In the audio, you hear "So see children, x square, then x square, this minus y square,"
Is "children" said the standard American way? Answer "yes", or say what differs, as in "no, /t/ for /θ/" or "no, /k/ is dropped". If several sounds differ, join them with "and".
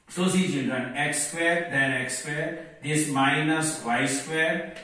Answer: no, /n/ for /l/